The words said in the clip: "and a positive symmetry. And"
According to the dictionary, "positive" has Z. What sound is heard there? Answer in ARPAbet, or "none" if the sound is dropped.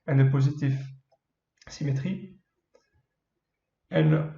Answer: Z